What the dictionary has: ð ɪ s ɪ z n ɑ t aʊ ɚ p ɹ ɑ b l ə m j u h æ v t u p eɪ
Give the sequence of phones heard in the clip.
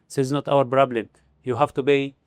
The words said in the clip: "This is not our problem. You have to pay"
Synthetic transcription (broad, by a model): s ɪ z n ɑ t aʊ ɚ b ɹ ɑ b l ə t j u h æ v t u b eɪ